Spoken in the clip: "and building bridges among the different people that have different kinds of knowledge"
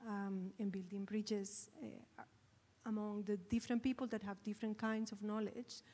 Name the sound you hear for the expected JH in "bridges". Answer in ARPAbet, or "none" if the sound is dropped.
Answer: CH